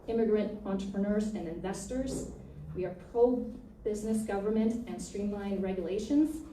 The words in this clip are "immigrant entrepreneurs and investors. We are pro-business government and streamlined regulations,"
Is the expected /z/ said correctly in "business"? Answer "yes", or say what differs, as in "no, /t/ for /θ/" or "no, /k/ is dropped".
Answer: yes